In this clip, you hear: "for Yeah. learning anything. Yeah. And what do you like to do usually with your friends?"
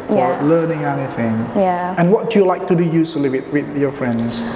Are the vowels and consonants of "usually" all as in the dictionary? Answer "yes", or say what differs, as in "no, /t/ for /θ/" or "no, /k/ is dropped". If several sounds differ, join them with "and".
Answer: no, /s/ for /ʒ/